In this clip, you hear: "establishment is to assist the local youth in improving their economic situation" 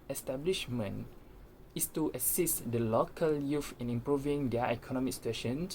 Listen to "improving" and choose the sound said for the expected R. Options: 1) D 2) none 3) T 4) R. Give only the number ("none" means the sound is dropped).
4